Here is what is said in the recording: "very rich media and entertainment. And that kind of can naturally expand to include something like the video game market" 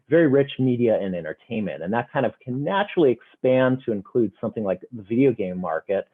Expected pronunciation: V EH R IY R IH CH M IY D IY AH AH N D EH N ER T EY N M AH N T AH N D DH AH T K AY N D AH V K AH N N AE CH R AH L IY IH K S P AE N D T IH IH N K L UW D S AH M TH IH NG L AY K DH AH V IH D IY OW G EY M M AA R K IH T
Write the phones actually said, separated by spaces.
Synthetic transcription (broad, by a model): V EH R IY R IH CH M IY D IY AH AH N EH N ER T EY N M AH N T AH N DH AH T K AY N D AH V K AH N N AE CH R L IY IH K S P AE N T IH IH N K L UW D S AH M TH IH NG L AY K DH AH V IH D IY OW G EY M M AA R K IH T